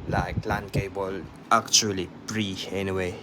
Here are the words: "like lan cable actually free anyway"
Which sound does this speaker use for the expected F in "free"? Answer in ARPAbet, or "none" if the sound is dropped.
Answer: P